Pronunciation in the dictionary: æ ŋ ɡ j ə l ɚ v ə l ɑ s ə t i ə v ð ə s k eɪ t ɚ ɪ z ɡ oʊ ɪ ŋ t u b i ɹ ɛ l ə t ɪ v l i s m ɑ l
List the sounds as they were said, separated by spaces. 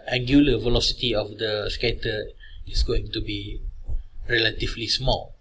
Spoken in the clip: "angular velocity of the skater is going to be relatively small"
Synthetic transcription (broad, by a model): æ ŋ ɡ j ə l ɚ v ə l ɑ s ə t i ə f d ə s k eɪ t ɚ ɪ s ɡ oʊ ɪ ŋ t u b i ɹ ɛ l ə t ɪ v l i s m ɑ l